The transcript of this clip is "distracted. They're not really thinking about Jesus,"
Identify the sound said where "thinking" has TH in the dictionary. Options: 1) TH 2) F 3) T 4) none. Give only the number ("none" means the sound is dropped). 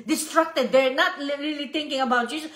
3